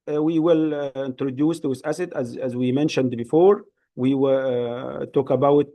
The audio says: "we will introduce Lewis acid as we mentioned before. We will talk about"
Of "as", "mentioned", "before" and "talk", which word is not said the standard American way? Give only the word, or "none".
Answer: none